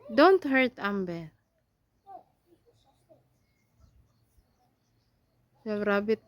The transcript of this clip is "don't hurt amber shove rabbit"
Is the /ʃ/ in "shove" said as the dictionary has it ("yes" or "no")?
no